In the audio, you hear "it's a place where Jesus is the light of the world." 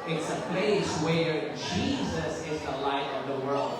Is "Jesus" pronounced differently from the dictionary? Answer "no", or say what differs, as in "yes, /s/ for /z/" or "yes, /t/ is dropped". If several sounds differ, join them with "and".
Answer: no